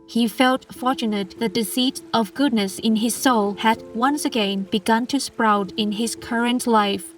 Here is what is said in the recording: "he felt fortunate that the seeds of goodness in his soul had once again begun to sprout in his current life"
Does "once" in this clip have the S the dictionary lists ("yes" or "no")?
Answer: yes